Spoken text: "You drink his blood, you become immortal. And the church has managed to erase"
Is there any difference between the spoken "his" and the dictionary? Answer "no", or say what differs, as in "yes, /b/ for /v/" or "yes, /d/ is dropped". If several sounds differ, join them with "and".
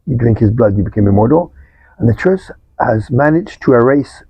no